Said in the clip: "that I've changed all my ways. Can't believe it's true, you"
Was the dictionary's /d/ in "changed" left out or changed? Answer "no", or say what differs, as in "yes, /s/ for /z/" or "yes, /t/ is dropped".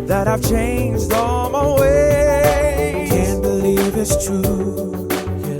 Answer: no